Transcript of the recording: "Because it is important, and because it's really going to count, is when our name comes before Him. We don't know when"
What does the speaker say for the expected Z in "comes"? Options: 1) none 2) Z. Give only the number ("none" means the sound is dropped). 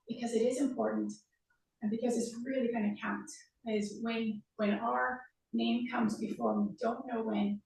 2